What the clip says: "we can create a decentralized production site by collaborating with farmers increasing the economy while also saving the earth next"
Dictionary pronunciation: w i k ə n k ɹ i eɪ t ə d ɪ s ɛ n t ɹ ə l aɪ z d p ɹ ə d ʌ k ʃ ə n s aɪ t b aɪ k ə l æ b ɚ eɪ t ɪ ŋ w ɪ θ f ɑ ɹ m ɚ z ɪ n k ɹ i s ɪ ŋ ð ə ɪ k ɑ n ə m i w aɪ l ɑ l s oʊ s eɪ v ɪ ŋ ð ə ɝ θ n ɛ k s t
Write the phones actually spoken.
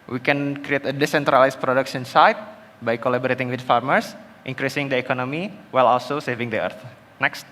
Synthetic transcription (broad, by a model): w i k ə n k ɹ i eɪ t ə d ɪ s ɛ n t ɹ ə l aɪ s p ɹ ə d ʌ k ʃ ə n s aɪ t b aɪ k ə l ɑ b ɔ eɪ t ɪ ŋ w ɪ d f ɑ ɹ m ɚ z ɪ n k ɹ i s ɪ ŋ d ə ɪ k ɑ n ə m i w aɪ l ɑ l s oʊ s eɪ v ɪ ŋ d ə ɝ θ n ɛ k s t